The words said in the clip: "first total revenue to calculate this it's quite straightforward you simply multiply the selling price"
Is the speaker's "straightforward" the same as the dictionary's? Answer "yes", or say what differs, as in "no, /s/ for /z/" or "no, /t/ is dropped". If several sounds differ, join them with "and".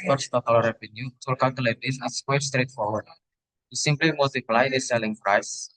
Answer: yes